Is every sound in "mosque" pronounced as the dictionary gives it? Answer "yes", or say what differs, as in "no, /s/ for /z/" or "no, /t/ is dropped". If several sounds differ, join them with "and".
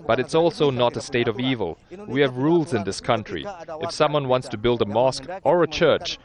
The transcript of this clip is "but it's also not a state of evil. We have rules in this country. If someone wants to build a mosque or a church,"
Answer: yes